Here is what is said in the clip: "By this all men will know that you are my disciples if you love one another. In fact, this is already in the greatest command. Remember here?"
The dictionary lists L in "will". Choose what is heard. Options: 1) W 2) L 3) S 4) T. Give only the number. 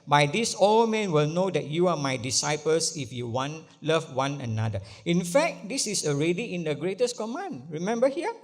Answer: 2